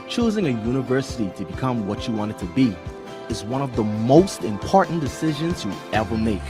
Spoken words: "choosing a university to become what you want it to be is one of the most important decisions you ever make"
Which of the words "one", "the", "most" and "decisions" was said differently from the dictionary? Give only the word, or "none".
none